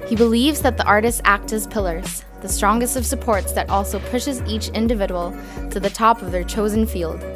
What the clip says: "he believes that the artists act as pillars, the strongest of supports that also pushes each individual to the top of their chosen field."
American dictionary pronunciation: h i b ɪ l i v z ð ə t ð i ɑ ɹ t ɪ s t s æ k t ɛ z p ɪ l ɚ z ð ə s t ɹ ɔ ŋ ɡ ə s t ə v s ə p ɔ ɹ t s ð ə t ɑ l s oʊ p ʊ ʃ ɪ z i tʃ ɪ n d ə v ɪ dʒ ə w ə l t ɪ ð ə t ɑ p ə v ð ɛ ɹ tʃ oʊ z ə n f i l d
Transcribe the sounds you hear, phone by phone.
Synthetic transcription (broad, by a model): h i b ɪ l i v z ð ə t ð i ɑ ɹ t ɪ s t s æ k t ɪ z p ɪ l ɚ z ð ə s t ɹ ɔ ŋ ɡ ə s t ə v s ə p ɔ ɹ t s ð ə t ɑ l s oʊ p ʊ ʃ ɪ z i tʃ ɪ n d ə v ɪ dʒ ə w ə l t ɪ ð ə t ɑ p ə v ð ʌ ɹ tʃ oʊ z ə n f i l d